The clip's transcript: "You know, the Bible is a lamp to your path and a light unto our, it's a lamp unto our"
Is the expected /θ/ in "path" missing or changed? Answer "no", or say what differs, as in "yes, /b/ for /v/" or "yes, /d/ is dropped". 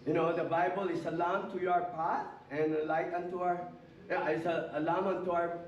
yes, /t/ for /θ/